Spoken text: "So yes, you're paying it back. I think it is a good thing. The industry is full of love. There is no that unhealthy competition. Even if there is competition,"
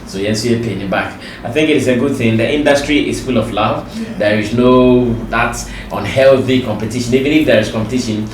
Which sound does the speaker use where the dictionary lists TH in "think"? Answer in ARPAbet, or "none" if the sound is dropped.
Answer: TH